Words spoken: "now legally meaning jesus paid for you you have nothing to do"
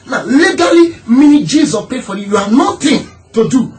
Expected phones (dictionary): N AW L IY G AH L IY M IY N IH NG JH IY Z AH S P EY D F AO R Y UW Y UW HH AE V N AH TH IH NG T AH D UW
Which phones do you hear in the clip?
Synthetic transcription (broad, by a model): N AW L IY G AH L IY M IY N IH JH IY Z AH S P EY F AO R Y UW Y UW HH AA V N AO T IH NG T AH D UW